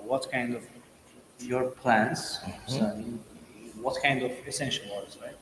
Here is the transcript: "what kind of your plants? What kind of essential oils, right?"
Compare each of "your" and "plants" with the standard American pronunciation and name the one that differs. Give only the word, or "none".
plants